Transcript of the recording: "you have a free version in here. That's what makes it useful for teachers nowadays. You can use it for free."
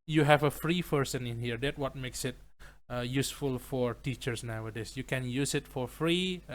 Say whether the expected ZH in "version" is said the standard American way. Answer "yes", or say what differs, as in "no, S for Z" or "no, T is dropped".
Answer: no, S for ZH